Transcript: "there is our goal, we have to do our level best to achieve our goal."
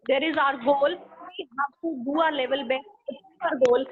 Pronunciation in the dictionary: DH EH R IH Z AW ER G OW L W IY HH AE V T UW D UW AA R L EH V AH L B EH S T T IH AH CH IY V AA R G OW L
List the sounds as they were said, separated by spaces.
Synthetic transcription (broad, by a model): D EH R IH Z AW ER G OW L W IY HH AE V T UW D UW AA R L EH V AH L B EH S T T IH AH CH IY P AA R G OW L